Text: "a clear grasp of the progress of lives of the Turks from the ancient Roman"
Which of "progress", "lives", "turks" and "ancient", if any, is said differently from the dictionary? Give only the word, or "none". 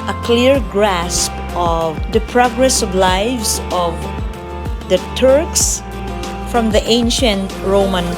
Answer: lives